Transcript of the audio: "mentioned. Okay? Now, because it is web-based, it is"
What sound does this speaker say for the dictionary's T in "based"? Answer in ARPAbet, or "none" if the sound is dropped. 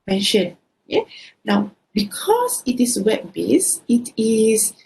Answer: none